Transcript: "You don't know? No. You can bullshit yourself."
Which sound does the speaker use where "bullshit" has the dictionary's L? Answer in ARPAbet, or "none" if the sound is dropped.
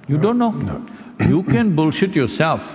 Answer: L